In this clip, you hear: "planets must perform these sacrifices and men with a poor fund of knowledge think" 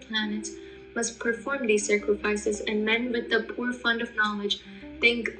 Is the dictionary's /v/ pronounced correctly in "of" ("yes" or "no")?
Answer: yes